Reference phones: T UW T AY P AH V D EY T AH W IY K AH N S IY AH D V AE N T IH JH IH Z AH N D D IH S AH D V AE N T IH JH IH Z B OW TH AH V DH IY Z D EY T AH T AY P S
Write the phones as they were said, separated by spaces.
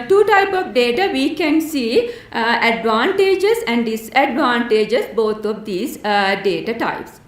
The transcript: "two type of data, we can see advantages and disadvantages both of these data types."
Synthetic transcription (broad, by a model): T UW T AY P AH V D EY T AH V IY K AH N S IY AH D V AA N T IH JH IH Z AH N D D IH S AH D V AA N T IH JH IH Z B OW T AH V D IY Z D EY T AH T AY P S